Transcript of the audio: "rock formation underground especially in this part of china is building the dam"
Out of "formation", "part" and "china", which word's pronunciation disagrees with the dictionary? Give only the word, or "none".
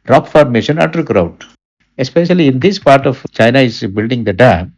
none